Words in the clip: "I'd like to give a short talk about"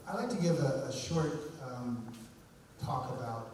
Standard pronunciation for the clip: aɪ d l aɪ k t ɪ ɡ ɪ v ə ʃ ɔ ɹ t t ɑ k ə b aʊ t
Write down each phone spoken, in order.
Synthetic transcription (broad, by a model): aɪ d l aɪ k t ɪ ɡ ɪ v ə ʃ ɔ ɹ t t ɑ k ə b aʊ t